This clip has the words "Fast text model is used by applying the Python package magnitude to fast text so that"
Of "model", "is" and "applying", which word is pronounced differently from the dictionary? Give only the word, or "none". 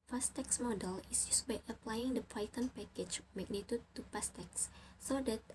is